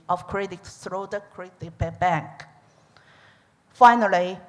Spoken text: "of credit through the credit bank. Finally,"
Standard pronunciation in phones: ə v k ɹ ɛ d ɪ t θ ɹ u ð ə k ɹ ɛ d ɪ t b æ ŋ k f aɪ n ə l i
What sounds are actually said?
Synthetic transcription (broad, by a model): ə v k ɹ ɛ d ɪ t s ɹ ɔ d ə k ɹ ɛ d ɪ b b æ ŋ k f aɪ n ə l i